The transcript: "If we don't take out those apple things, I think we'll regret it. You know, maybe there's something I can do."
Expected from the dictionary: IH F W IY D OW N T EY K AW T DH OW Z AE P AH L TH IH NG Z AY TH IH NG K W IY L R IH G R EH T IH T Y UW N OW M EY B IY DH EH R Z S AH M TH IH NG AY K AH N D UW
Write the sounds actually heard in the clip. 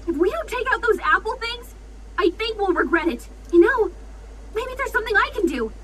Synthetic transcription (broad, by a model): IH F W IY D OW N T EY K AW T DH OW Z AE P L TH IH NG Z AY TH IH NG K W IY L R IH G R EH T IH T Y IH N OW M EY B IY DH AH R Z S AH M TH IH NG AY K AH N D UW